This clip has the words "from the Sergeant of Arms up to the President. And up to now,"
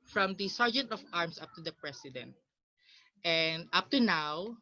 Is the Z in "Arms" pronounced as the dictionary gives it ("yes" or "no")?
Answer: no